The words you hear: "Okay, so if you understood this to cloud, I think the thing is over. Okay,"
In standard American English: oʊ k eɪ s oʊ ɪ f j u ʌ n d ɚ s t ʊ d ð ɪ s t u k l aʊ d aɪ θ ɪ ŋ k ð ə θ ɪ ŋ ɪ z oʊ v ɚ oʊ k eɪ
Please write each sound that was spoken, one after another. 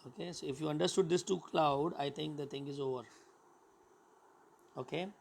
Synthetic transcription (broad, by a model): oʊ k eɪ s oʊ ɪ f j u ʌ n d ɚ s t ʊ d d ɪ s t u k l aʊ d aɪ t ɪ ŋ k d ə t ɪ ŋ ɪ z oʊ v ɚ oʊ k eɪ